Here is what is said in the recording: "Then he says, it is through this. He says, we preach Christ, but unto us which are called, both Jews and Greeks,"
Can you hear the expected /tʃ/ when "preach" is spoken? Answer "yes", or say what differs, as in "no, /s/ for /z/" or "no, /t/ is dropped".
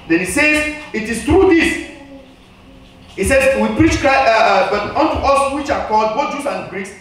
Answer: yes